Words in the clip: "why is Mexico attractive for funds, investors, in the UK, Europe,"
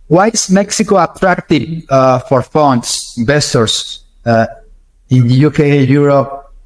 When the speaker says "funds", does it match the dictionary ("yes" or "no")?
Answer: no